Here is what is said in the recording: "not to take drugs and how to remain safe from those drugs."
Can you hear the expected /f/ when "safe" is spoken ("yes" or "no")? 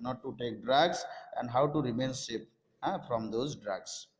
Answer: no